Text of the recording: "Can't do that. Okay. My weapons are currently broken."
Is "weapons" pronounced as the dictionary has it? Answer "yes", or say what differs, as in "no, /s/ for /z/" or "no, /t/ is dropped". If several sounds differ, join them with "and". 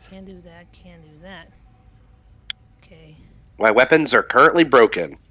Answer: yes